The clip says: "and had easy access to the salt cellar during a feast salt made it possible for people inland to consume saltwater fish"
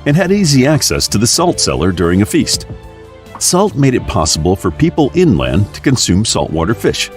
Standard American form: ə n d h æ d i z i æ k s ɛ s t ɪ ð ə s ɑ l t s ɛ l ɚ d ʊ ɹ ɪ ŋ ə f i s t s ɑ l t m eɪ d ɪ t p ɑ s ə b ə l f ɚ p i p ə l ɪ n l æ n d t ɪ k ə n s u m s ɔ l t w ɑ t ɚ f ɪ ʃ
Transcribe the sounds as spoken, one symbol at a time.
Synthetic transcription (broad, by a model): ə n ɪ d i z i æ k s ɛ s t ɪ ð ə s ɑ l t s ɛ l ɚ d ʊ ɹ ɪ ŋ ə f i s t s ɑ l t m eɪ d ɪ t p ɑ s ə b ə l f ɚ p i p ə l ɪ n l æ n t ɪ k ə n s u m s ɔ l t w ɑ t ɚ f ɪ ʃ